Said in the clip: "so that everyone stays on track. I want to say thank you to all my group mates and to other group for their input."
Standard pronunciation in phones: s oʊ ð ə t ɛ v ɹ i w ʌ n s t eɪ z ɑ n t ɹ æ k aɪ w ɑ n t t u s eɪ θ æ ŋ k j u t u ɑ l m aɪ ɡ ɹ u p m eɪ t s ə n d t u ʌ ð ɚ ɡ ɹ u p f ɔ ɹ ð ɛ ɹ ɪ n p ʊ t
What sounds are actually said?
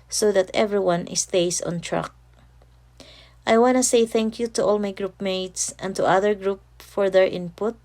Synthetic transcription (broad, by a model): s oʊ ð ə t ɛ v ɹ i w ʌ n s t eɪ s ɑ n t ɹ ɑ k aɪ w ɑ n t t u s eɪ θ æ ŋ k j u t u ɑ l m aɪ ɡ ɹ u p m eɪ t s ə n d t u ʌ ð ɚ ɡ ɹ u p f ɔ ɹ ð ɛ ɹ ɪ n p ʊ t